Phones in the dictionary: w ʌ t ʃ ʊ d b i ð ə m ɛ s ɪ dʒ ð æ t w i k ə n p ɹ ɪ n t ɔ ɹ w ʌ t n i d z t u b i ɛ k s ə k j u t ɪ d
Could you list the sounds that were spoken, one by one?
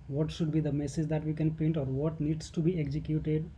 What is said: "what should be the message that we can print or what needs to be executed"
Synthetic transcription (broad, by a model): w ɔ t ʃ ʊ d b i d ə m ɛ s ɪ dʒ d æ t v i k ə n p ɛ n t ɔ ɹ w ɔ t n i d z t u b i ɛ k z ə k j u t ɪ d